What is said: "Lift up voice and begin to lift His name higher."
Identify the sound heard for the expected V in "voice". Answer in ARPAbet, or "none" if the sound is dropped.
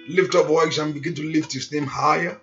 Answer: W